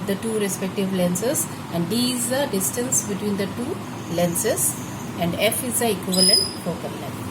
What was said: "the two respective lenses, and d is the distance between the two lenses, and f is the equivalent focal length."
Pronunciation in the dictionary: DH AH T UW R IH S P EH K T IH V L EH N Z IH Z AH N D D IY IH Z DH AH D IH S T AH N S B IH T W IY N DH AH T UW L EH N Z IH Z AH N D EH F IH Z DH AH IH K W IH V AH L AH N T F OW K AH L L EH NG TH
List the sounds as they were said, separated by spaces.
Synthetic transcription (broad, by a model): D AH T UW R IH S P EH K T IH V L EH N S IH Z AH N D D IY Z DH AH D IH S T AH N S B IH T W IY N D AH T UW L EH N S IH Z AH N D EH F IH Z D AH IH K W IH V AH L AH N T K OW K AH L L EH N